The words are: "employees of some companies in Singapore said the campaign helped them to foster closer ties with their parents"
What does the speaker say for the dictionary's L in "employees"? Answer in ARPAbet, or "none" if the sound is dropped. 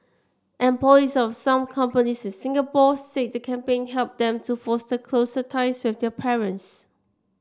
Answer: none